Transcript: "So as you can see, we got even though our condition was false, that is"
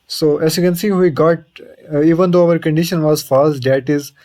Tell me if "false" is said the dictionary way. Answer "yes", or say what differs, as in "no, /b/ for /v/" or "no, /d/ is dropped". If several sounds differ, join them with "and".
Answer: no, /l/ is dropped